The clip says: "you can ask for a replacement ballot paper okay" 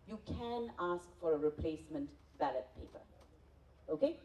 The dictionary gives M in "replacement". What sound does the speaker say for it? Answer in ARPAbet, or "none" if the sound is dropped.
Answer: M